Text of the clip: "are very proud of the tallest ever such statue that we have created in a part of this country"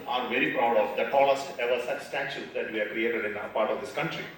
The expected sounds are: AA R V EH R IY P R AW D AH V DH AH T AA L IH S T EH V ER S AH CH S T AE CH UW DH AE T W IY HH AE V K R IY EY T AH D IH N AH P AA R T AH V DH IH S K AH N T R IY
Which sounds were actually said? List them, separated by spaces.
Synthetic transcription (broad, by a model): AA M V EH R IY P R AW D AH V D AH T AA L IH S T EH V ER S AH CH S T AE SH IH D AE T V IY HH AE K R IY EY T AH D IH N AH P AA R T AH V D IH S K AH N T R IY